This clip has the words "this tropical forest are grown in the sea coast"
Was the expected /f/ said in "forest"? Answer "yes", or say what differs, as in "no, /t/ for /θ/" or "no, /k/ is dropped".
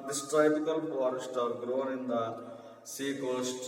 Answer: no, /p/ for /f/